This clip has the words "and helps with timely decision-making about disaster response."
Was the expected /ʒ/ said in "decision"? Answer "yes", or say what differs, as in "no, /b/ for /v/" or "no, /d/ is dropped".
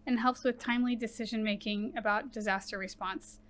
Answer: yes